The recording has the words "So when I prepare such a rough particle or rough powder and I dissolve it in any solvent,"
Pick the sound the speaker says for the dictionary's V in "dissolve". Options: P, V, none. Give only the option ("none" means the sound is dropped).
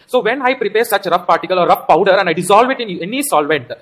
V